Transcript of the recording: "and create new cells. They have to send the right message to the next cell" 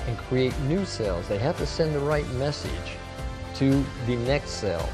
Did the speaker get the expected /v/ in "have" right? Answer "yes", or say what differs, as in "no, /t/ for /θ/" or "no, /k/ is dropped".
no, /f/ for /v/